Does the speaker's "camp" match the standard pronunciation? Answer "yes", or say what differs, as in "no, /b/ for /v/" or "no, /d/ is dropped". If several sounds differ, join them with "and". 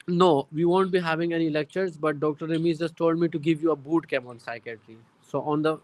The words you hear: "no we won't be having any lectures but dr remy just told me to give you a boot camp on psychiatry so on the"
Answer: no, /p/ is dropped